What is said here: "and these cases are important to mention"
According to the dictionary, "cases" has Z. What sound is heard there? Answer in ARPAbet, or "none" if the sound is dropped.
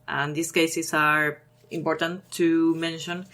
S